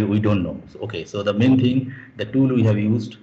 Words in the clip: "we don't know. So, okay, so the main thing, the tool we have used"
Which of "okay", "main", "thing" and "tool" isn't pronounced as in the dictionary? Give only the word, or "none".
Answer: thing